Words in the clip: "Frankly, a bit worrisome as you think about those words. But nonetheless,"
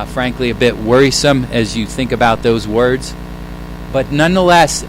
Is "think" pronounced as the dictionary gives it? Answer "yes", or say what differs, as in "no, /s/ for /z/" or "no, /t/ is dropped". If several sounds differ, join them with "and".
yes